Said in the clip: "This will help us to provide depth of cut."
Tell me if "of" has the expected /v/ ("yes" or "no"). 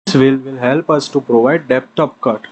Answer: no